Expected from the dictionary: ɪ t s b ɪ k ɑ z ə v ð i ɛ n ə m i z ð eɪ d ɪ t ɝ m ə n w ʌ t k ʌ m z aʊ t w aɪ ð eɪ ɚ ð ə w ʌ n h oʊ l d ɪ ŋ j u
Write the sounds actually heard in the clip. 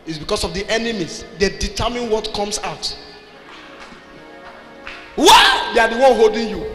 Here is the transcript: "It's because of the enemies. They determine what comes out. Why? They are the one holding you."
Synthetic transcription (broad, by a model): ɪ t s b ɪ k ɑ s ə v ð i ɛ n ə m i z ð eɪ d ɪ t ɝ m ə n w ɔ t k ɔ m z aʊ t w aɪ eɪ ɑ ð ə w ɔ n h oʊ l d ɪ ŋ j u